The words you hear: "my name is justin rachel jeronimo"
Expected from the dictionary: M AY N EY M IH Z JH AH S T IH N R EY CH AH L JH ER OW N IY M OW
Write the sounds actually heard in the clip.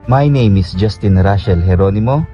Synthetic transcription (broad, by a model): M AY N EY M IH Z JH AH S T IH N R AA SH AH L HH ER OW N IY M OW